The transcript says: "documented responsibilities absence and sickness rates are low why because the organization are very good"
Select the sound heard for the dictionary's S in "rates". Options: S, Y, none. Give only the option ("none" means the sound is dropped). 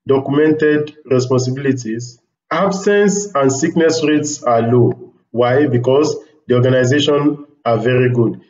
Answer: S